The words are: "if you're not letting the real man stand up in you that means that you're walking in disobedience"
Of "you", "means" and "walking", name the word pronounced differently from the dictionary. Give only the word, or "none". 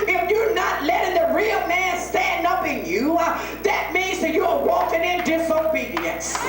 none